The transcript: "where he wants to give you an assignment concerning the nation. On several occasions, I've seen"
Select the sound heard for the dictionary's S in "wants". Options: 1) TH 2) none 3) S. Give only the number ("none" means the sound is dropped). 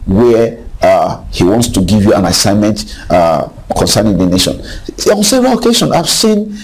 3